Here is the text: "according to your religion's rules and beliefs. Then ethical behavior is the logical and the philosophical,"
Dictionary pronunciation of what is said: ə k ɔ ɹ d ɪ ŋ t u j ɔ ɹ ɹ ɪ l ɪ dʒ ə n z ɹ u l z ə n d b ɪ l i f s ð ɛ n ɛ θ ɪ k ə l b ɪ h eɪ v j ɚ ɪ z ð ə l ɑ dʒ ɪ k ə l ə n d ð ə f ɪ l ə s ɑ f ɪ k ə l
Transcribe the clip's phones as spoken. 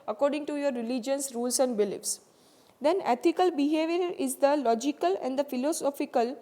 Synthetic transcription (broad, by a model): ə k ɔ ɹ d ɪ ŋ t u j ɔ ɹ ɹ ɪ l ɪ dʒ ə n s ɹ u l s ə n d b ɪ l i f s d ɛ n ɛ t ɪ k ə l b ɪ h eɪ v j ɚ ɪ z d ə l ɑ dʒ ɪ k ə l ə n d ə f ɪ l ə s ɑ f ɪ k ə l